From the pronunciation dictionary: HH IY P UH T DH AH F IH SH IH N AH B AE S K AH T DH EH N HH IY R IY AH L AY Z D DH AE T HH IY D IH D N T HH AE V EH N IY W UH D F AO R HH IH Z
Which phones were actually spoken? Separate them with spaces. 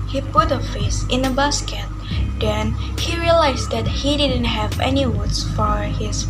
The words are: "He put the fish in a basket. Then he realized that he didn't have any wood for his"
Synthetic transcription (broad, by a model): HH IY P UH T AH F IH S IH N AH B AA S K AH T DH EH N HH IY R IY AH L AY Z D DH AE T HH IY D IH D N T HH AE V EH N IY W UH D F AO R HH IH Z